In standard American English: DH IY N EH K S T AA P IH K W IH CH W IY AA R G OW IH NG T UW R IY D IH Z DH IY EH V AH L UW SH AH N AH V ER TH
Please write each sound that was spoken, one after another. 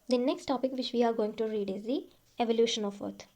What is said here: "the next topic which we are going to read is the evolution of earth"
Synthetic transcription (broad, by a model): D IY N EH K S T AA P IH K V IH CH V IY AA R G OW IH NG T UW R IY D IH Z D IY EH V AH L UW SH AH N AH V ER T